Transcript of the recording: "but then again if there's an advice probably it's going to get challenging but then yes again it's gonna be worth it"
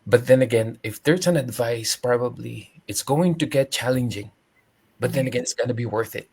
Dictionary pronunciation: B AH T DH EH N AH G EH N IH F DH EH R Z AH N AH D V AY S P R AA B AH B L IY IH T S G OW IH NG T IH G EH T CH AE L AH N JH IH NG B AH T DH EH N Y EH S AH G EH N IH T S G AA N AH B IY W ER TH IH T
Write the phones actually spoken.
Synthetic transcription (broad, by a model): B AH T DH EH N AH G EH N IH F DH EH R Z AH N AH D V AY S P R AA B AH B L IY IH T S G OW IH NG T IH G EH T CH AE L AH N JH IH NG B AH T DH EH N AH G EH N IH T S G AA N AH B IY W ER TH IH T